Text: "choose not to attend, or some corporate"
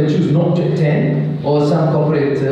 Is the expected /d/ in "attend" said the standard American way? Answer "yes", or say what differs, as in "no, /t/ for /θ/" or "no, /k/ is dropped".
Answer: no, /d/ is dropped